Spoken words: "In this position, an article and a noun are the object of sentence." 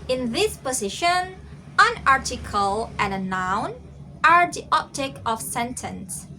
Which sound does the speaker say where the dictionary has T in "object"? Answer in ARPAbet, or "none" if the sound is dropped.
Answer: none